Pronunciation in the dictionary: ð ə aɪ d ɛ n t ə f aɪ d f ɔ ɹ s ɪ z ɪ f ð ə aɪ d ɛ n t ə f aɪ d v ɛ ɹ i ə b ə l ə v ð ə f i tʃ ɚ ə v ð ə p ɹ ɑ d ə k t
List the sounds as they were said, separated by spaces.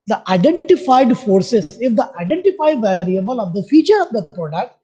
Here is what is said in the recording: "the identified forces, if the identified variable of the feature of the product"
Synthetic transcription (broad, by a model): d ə aɪ d ɛ n t ə f aɪ d f ɔ ɹ s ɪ s ɪ f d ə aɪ d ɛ n t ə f aɪ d v ɛ ɹ i ə b ə l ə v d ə f i tʃ ɚ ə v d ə p ɹ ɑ d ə k t